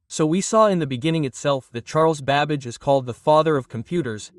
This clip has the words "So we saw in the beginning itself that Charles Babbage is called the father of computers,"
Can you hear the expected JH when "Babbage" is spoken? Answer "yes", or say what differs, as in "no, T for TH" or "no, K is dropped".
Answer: yes